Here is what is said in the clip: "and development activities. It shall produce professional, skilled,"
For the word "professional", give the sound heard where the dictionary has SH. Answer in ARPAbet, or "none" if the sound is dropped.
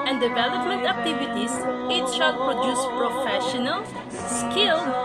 SH